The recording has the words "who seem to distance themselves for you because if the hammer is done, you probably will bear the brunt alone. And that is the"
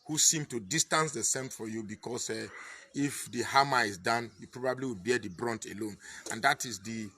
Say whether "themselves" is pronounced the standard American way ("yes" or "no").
no